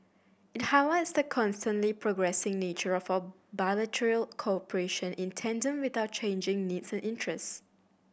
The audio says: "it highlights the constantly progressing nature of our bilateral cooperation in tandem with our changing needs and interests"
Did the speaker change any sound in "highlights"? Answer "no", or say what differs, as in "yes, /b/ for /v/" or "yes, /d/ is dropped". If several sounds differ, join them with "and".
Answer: yes, /w/ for /l/